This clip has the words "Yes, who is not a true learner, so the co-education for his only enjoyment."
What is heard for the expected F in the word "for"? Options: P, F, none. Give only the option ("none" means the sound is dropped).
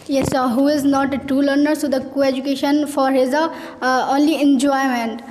F